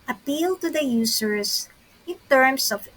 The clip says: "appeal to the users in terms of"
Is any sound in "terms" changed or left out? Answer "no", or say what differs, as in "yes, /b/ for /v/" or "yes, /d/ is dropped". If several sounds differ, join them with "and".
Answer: yes, /s/ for /z/